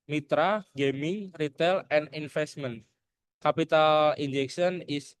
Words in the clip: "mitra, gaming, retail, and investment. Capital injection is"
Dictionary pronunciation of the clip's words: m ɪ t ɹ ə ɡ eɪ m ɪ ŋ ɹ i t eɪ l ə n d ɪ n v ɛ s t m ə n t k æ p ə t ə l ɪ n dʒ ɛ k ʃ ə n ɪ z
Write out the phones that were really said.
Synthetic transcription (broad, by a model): m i t ɹ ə ɡ eɪ m ɪ ŋ ɹ i t eɪ l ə n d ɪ n f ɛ s t m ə n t k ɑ p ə t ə l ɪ n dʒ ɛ k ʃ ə n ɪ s